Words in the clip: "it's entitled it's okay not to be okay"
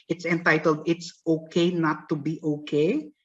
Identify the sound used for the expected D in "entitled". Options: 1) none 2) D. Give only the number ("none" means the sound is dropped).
2